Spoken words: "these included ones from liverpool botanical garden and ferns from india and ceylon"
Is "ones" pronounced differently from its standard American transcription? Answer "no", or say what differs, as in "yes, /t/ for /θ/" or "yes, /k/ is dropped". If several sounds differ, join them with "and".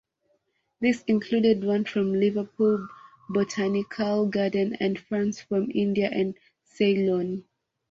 yes, /z/ is dropped